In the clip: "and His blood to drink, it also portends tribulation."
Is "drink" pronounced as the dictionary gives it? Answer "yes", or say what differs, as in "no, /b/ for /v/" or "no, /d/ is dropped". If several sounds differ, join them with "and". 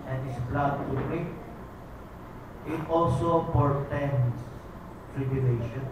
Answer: no, /ŋ/ is dropped